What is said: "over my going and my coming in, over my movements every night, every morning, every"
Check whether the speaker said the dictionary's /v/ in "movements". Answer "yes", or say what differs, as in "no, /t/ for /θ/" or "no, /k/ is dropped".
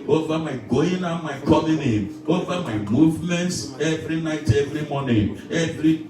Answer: yes